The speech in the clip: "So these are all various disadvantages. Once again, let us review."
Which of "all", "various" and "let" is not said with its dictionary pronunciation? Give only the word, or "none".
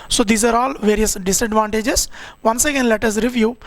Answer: none